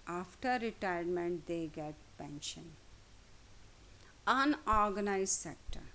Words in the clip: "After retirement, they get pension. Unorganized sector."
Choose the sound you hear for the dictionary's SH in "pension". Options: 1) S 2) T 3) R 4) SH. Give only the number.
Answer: 4